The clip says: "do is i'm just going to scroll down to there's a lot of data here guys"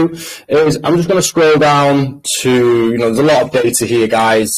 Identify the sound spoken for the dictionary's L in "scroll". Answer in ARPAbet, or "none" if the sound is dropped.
L